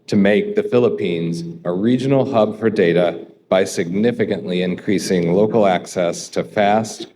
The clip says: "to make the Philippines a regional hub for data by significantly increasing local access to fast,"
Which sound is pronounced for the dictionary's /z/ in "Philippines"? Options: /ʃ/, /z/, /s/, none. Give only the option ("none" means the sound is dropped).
/z/